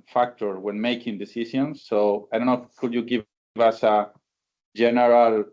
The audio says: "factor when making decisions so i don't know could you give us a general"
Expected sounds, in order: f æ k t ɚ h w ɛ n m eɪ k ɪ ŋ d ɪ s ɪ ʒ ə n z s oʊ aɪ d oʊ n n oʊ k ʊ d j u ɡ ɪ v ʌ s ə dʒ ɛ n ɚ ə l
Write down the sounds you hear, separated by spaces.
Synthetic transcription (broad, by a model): f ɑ k t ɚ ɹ w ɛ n m eɪ k ɪ ŋ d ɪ s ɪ s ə n s oʊ aɪ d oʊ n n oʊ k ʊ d j u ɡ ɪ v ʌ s ə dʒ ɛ n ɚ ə l